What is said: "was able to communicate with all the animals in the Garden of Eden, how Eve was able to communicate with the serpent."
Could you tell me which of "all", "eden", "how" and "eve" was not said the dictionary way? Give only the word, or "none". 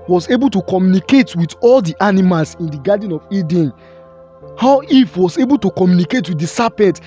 eve